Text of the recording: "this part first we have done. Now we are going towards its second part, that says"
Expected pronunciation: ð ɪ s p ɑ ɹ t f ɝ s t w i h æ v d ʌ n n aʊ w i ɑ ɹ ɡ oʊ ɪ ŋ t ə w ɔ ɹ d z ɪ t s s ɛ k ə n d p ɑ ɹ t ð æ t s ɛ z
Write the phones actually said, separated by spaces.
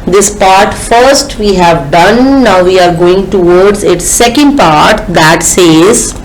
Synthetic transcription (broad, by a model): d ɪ s p ɑ ɹ t f ɝ s t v i h æ v d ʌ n n aʊ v i ɑ ɹ ɡ oʊ ɪ ŋ t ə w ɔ ɹ d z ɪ t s s ɛ k ə n d p ɑ ɹ t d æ t s ɛ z